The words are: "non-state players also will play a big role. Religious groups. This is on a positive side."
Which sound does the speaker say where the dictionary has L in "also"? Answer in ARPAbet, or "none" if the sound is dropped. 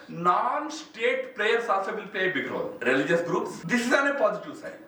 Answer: none